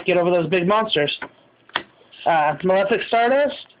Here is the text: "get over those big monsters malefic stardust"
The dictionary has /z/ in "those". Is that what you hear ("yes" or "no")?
yes